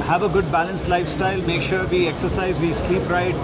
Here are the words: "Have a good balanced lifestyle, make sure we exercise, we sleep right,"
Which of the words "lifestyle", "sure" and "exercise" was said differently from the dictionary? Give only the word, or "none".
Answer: none